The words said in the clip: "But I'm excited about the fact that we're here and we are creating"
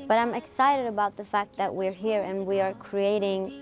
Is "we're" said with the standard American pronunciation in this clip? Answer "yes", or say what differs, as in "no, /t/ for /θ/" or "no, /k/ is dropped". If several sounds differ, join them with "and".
yes